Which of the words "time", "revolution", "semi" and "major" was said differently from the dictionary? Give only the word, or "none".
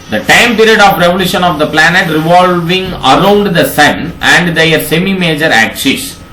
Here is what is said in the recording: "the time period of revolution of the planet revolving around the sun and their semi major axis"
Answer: none